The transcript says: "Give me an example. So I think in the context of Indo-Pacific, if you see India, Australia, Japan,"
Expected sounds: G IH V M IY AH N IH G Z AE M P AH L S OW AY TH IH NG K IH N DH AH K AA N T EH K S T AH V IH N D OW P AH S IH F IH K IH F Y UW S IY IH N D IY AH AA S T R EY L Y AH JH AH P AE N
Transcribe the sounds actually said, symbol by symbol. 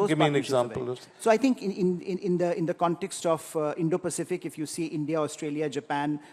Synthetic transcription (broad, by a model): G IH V M IY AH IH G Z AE M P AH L S OW AY T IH NG K IH N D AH K AA N T EH K S T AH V IH N D OW P AH S IH F IH K IH F Y UW S IY IH N D IY AH AA S T R EY L Y AH JH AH P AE N